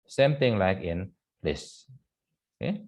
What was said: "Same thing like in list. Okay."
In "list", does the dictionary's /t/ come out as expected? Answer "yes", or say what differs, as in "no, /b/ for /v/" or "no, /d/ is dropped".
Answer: no, /t/ is dropped